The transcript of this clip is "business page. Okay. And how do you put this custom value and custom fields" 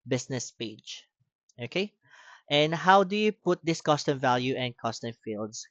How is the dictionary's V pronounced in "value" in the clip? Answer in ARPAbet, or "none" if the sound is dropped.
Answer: V